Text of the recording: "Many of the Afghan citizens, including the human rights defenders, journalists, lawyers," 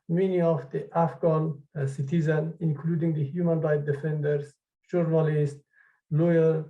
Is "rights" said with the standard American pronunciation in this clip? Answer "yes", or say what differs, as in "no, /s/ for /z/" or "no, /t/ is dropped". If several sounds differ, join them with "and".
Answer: no, /s/ is dropped